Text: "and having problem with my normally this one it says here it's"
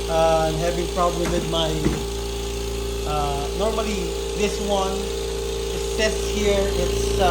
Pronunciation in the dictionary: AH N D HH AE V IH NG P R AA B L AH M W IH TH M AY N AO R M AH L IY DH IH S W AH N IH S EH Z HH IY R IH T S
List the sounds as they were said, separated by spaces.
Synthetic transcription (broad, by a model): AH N HH AE V IH NG P R AA B L AH M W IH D M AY N AO R M AH L IY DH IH S W AH N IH S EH S HH IY R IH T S